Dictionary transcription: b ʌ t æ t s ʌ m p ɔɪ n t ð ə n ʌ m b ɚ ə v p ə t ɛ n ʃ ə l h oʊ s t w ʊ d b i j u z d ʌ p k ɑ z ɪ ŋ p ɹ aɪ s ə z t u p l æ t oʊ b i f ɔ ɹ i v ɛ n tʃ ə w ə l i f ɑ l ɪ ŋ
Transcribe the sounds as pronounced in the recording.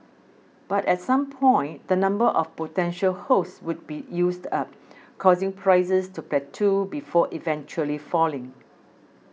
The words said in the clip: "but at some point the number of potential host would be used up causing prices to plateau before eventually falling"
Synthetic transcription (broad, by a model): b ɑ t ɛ t s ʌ m p ɔɪ n t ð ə n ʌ m b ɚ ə f p ə t ɛ n ʃ ə l h oʊ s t w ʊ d b i j u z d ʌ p k ɑ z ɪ ŋ p ɹ aɪ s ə s t u p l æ t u b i f ɔ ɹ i v ɛ n tʃ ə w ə l i f ɑ l ɪ ŋ